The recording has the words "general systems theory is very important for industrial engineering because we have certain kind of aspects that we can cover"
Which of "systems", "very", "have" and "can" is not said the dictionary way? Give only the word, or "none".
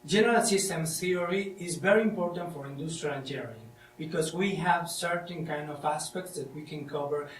systems